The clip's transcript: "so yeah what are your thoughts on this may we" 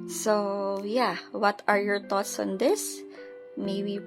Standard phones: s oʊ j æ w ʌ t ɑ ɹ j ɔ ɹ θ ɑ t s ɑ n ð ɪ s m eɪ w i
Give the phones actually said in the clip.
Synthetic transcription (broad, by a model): s oʊ j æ w ʌ t ɑ ɹ j ɔ ɹ t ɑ t s ɑ n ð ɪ s m eɪ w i